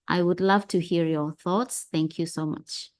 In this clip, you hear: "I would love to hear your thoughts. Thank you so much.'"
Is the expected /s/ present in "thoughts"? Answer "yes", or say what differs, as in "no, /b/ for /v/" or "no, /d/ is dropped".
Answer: yes